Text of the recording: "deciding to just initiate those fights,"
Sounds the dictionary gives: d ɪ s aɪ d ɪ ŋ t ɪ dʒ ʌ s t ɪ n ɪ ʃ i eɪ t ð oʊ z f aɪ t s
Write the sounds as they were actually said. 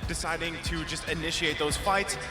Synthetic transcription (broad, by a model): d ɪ s aɪ d ɪ ŋ t ɪ dʒ ʌ s t ɪ n ɪ ʃ i eɪ t ð oʊ z f aɪ t s